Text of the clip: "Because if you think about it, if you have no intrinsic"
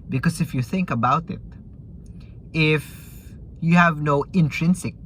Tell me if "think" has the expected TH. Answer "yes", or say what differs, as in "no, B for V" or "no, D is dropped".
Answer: yes